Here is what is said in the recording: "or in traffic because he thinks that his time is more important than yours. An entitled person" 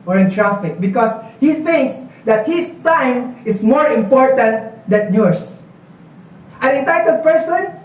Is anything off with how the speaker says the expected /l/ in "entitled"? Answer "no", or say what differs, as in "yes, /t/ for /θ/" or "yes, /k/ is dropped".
yes, /l/ is dropped